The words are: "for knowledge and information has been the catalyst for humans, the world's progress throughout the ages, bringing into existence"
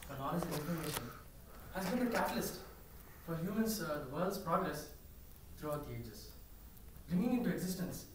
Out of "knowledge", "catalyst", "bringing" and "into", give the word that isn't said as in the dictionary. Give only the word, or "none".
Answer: knowledge